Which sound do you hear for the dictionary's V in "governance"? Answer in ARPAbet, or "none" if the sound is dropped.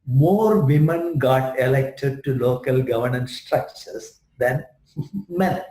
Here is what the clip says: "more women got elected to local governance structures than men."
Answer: V